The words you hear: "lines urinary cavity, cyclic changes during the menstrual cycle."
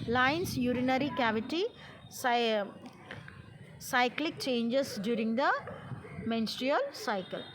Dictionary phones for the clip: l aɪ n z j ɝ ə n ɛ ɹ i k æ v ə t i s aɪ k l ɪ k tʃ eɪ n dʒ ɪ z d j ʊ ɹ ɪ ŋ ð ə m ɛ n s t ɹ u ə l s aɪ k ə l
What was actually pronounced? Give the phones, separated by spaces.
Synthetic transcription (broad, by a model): l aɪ n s j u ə n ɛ ɹ i k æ v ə t i s aɪ k l ɪ k tʃ eɪ n dʒ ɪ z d j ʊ ɹ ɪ ŋ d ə m ɛ n s t ɹ u ə l s aɪ k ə l